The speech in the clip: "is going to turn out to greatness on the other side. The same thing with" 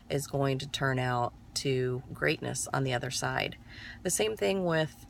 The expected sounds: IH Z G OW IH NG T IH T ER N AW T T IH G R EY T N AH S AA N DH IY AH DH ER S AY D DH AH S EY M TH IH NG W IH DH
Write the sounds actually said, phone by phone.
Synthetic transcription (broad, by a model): IH Z G OW IH NG T IH T ER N AW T T IH G R EY T N AH S N DH IY AH DH ER S AY D DH AH S EY M TH IH NG W IH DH